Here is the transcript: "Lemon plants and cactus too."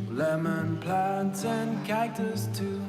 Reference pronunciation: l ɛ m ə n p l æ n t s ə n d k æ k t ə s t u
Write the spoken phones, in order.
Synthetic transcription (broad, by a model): l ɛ m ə n p l æ n t s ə n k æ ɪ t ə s t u